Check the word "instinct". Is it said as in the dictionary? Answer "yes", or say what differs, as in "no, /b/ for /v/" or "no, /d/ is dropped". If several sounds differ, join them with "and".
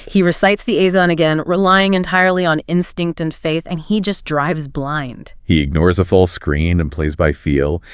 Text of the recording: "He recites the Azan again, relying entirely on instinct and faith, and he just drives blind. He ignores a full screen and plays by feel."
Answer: yes